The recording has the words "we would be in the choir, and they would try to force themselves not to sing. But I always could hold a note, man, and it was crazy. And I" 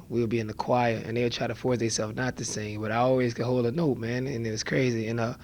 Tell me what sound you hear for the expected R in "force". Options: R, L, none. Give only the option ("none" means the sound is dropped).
R